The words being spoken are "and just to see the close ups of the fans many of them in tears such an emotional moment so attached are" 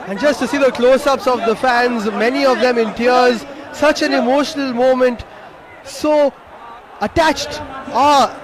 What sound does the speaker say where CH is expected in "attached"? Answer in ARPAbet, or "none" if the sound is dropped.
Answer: CH